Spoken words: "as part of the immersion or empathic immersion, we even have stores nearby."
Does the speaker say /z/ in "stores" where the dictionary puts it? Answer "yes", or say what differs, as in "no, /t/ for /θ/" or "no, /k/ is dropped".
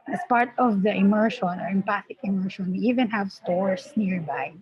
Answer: no, /s/ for /z/